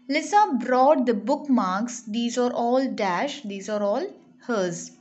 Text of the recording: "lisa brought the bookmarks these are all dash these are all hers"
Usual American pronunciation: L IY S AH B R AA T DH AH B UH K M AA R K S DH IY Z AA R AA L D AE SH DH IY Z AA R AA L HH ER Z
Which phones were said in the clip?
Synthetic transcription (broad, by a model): L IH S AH B R AA T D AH B UH K M AA R K S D IY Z AA R AA L D AE SH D IY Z AA R AA L HH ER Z